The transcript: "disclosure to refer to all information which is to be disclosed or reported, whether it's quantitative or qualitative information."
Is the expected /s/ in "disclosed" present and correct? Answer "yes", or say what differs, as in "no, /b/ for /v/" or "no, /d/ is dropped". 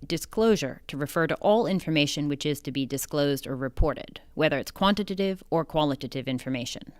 yes